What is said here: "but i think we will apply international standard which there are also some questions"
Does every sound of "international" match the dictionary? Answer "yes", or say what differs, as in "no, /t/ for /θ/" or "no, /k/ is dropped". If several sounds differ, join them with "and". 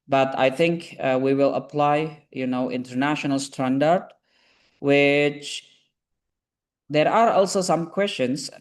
yes